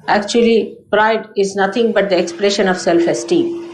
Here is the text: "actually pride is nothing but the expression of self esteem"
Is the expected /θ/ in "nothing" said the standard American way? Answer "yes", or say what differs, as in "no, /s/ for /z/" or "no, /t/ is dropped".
no, /t/ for /θ/